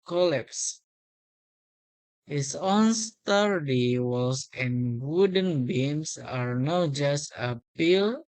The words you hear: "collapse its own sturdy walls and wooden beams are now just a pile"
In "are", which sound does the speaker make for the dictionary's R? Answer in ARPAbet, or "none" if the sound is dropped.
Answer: R